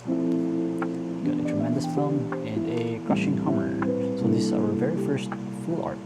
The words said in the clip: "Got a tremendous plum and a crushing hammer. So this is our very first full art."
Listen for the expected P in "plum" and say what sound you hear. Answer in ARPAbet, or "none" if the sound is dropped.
F